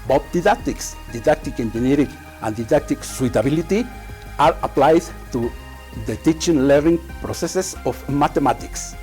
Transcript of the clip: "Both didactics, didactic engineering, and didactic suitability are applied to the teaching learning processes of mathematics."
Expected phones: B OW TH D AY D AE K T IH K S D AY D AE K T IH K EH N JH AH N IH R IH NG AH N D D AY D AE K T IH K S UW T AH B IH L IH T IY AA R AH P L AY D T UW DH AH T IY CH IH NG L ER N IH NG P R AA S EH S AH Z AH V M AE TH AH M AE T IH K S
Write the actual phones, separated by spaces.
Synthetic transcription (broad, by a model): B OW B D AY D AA K T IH K S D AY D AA K T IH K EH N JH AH N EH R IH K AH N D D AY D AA K T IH K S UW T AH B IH L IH T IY AA R AH P L AY D T UW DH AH T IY CH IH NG L ER N IH NG P R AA S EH S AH S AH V M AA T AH M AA T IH K S